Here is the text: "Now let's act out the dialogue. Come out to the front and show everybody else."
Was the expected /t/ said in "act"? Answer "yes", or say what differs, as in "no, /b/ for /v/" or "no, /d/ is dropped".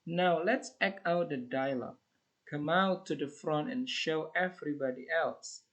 no, /t/ is dropped